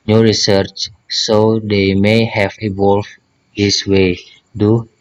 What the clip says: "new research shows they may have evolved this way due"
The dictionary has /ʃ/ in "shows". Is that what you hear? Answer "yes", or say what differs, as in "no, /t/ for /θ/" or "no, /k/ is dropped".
no, /s/ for /ʃ/